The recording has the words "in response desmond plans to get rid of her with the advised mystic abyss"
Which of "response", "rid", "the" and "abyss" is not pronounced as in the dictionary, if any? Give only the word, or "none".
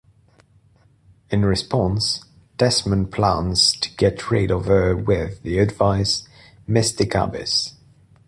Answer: none